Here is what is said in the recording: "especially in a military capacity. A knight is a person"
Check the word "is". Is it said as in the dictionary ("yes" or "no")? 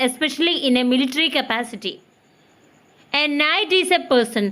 no